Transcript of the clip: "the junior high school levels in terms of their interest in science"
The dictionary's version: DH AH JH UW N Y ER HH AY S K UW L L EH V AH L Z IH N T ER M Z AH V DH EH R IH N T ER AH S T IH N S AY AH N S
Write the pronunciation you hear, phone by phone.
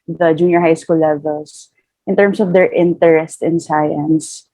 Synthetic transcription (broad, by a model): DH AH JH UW N Y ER HH AY S K UW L L EH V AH L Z IH N T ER M S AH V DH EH R IH N T ER AH S T IH N S AY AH N S